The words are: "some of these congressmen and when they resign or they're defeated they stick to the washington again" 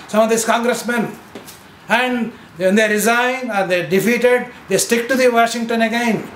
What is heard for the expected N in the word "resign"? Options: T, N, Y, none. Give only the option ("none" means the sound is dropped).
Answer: none